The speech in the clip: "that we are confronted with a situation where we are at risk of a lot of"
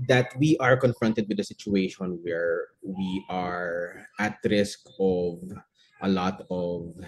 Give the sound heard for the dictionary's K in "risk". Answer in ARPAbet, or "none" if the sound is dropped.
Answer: K